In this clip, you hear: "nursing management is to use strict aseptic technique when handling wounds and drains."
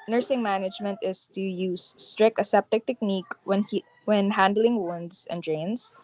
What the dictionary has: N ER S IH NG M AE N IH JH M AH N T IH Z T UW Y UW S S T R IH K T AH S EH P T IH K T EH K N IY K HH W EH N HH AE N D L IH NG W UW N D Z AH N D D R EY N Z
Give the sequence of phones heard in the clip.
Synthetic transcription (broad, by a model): N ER S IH NG M AE N IH JH M AH N T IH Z T UW Y UW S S T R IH K AH S EH P T IH K T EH K N IY K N W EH N HH AE N D L IH NG W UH N D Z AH N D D R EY N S